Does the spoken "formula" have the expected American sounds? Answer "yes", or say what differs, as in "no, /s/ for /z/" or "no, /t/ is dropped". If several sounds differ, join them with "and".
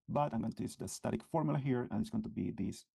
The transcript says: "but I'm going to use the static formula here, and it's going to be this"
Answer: yes